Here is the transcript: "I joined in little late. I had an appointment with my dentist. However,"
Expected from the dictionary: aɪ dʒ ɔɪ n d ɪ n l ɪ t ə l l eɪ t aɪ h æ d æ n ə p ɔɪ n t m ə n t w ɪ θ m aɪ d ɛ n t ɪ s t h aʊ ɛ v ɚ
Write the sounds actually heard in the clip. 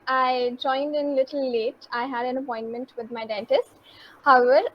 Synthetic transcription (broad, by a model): aɪ dʒ ɔɪ n d ɪ n l ɪ t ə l l eɪ t aɪ h æ d æ n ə p ɔɪ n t m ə n t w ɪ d m aɪ d ɛ n t ɪ s t h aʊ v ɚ